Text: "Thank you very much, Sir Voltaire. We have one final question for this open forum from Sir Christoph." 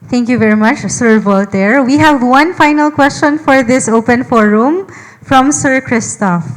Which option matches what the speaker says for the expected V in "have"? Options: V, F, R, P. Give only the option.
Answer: V